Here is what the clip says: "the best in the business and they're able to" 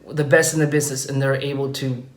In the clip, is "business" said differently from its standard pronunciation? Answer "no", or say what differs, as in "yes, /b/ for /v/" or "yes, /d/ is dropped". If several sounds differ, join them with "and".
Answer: no